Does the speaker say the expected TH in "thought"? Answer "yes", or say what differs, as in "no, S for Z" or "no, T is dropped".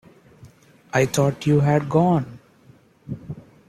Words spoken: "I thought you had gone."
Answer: no, T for TH